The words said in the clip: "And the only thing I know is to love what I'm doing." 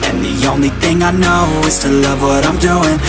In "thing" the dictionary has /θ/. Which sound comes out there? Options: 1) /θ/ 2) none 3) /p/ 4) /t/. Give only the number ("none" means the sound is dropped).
1